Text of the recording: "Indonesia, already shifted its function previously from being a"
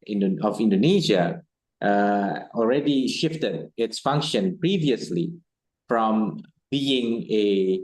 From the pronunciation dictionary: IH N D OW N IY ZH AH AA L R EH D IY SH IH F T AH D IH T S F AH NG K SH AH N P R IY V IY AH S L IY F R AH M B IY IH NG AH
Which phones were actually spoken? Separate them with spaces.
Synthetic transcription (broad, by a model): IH N D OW N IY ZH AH AA L R EH D IY SH IH F T AH D IH T S F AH NG K SH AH N P R IY V IY AH S L IY F R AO M B IY IH NG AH